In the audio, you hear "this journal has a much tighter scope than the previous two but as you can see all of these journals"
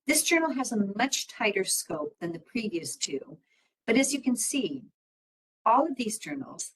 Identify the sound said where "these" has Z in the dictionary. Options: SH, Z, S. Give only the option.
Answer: Z